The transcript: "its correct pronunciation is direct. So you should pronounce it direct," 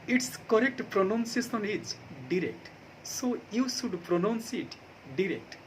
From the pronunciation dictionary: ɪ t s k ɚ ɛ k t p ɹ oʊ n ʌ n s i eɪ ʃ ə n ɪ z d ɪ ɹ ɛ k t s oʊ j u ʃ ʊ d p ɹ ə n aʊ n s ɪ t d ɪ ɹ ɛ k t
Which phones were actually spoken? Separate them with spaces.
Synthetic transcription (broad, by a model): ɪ t s k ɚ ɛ k t p ɹ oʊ n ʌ n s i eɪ s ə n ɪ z d ɪ ɹ ɛ k t s oʊ j u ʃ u d p ɹ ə n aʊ n s ɪ t d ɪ ɹ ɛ k t